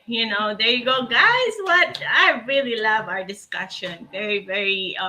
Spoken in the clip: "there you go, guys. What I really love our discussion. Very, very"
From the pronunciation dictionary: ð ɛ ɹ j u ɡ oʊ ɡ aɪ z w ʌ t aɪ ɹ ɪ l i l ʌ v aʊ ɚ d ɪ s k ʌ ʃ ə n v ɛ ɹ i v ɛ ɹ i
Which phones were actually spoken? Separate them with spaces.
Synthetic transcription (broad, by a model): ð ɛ ɹ j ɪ ɡ oʊ ɡ aɪ z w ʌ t aɪ ɹ ɪ l i l ʌ v aʊ ɚ d ɪ s k ʌ ʃ ə n v ɛ ɹ i v ɛ ɹ i